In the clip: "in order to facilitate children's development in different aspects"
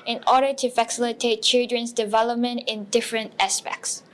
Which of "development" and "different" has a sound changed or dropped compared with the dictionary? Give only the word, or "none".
none